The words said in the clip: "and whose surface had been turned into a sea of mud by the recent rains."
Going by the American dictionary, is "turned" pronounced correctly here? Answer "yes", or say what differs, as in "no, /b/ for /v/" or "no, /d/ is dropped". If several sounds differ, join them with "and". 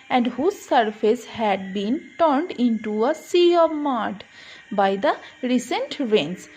yes